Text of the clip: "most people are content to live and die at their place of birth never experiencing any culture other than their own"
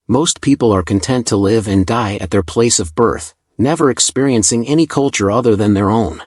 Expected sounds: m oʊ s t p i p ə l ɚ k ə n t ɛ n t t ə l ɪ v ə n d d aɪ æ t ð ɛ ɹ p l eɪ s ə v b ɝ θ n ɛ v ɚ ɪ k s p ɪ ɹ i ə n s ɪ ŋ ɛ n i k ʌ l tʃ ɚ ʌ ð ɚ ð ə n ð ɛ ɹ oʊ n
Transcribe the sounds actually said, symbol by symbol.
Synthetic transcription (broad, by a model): m oʊ s t p i p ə l ɚ k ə n t ɛ n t t ə l ɪ v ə n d d aɪ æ t ð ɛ ɹ p l eɪ s ə v b ɝ θ n ɛ v ɚ ɪ k s p ɪ ɹ i ə n s ɪ ŋ ɛ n i k ʌ l tʃ ɚ ʌ ð ɚ ð ə n ð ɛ ɹ oʊ n